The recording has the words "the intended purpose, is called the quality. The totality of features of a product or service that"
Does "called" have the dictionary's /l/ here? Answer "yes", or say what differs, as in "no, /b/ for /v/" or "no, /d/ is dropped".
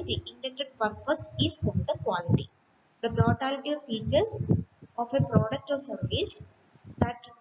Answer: no, /n/ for /l/